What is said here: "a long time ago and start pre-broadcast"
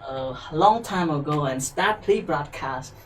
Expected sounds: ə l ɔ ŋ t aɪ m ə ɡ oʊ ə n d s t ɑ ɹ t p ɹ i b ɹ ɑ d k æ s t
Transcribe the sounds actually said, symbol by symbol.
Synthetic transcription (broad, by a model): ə l ɔ ŋ t aɪ m ə ɡ oʊ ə n s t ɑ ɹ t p l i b ɹ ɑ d k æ s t